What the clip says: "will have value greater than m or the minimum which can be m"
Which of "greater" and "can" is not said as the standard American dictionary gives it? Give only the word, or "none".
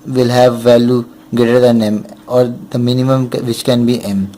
greater